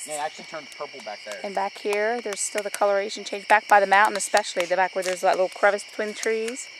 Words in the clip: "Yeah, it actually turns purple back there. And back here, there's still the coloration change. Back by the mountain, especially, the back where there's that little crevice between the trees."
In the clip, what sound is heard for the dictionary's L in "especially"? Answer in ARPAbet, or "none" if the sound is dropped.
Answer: L